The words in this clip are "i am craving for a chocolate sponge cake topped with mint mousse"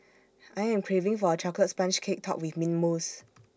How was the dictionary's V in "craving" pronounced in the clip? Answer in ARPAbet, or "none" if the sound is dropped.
V